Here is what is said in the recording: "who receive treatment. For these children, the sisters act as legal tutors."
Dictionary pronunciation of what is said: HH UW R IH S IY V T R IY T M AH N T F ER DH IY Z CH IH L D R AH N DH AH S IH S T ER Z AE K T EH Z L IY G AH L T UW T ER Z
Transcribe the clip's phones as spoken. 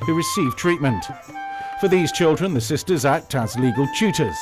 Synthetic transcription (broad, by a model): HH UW R IH S IY V T R IY T M AH N T F ER DH IY Z CH IH L D R AH N DH AH S IH S T ER Z AE K T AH Z L IY G AH L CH UW T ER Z